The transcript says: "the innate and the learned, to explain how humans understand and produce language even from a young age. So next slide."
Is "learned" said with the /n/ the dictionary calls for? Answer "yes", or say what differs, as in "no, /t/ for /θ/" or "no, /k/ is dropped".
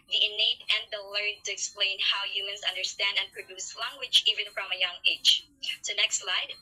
no, /n/ is dropped